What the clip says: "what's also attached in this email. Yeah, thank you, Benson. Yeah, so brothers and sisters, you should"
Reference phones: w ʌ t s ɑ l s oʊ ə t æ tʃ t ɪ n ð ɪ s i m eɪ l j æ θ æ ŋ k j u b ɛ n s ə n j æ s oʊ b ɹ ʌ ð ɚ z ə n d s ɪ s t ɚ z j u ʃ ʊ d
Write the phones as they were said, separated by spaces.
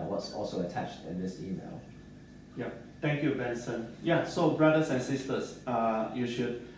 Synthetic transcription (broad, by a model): w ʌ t s ɑ l s oʊ ə t æ tʃ t ɪ n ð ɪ s i m eɪ l j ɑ t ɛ ŋ k j u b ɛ n s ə n j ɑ s oʊ b ɹ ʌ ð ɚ s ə n s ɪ s t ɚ s j u ʃ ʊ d